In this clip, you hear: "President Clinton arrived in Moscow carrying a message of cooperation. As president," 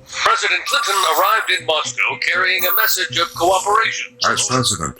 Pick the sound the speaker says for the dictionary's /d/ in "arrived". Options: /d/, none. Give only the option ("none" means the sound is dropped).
/d/